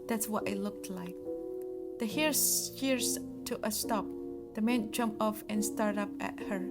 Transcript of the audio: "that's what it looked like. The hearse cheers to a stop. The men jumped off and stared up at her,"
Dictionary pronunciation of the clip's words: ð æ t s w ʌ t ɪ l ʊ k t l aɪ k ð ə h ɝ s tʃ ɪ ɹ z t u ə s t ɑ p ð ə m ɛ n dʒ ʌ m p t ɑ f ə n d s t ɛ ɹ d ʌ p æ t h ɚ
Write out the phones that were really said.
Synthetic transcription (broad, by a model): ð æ t s w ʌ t ɪ l ʊ k t l aɪ k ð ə h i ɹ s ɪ ɹ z t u ə s t ɑ p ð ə m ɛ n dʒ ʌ m p ɑ f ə n s t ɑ ɹ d ʌ p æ t h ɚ